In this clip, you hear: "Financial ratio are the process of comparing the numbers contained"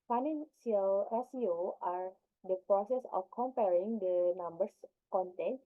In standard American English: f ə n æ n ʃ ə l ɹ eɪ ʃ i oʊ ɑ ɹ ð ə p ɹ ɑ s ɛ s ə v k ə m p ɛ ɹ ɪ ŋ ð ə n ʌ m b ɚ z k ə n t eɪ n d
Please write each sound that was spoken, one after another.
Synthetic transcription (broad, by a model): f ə n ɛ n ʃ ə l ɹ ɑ s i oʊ ɑ ɹ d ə p ɹ ɑ s ɛ s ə f k ə m p ɛ ɹ ɪ ŋ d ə n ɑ m b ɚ s k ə n t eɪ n